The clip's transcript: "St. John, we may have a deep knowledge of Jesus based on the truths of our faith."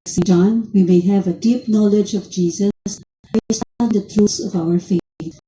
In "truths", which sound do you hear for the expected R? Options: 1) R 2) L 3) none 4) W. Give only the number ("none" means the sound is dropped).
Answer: 3